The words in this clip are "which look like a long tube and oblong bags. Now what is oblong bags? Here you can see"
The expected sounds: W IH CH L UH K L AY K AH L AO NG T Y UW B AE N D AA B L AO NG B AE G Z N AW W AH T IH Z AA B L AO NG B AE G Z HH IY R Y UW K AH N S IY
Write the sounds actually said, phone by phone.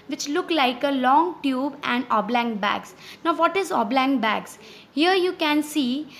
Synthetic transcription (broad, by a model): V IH CH L UH K L AY K AH L AO NG T Y UW B AE N D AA B L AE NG B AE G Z N AW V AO T IH Z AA B L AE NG B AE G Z HH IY R Y UW K AH N S IY